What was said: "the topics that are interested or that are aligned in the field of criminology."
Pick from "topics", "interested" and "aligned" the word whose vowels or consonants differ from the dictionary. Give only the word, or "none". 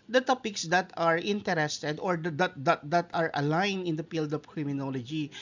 aligned